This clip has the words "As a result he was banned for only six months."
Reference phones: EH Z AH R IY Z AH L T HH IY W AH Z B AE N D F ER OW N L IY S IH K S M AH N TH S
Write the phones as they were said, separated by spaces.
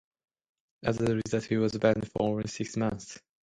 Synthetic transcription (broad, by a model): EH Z AH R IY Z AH T HH IY W AH Z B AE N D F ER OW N S IH K S M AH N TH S